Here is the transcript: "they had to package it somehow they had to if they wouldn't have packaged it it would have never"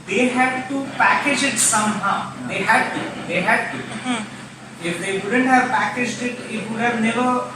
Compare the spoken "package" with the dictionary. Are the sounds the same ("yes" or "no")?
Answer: yes